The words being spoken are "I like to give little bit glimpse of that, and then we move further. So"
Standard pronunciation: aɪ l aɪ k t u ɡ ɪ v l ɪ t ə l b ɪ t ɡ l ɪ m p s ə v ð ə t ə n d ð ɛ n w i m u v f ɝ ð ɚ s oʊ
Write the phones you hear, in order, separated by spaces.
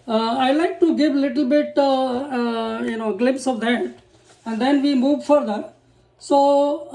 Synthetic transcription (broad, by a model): aɪ l aɪ k t u ɡ ɪ v l ɪ t ə l b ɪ t ɡ l ɪ m p s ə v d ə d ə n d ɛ n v i m u v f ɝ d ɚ s oʊ